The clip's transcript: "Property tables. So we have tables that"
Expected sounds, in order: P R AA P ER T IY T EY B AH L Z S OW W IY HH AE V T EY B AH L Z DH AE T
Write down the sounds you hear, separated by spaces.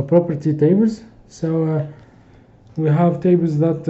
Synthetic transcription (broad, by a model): P R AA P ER T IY T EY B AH L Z S OW W IY HH AE V T EY B AH L Z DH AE T